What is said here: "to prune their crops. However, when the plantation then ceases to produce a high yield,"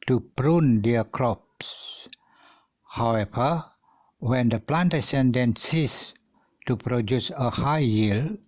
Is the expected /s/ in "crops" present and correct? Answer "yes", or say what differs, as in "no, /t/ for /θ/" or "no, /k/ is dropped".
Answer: yes